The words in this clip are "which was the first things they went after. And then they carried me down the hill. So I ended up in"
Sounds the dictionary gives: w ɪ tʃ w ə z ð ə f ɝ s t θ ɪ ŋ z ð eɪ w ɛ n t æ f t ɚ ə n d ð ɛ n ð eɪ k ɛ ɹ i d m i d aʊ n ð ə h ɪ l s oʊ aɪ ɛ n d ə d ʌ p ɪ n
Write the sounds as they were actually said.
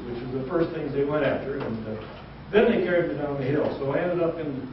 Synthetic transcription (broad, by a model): w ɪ tʃ w ə z ð ə f ɝ s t θ ɪ ŋ z ð eɪ w ɛ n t æ f t ɚ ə n ð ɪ n ð eɪ k ɛ ɹ i d m i d aʊ n ð ə h ɪ l s oʊ aɪ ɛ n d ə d ʌ p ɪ n